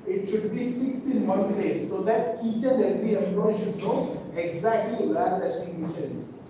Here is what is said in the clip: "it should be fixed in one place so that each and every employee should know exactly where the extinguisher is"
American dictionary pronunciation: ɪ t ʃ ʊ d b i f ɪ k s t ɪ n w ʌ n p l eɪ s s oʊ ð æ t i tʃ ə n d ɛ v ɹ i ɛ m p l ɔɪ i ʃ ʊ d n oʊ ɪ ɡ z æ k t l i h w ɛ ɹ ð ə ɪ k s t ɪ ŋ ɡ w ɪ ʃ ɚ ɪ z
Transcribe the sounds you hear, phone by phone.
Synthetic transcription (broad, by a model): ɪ t ʃ ʊ d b i f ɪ k s ɪ n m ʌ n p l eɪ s s oʊ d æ t i tʃ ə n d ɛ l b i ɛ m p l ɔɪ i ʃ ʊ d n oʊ ɪ ɡ z æ k t l i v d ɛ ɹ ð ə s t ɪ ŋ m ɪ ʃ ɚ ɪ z